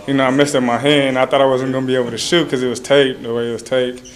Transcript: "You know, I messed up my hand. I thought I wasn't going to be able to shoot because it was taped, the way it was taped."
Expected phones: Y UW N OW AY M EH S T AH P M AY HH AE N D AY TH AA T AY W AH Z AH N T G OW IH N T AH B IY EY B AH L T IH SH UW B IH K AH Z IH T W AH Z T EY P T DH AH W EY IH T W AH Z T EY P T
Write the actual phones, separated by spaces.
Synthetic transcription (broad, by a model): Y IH N OW AY M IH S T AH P M AY HH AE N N AY TH AA T AY W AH Z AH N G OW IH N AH B IY EY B L T IH SH UW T K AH Z IH T W AH Z T EY T DH AH W EY IH T W AH Z T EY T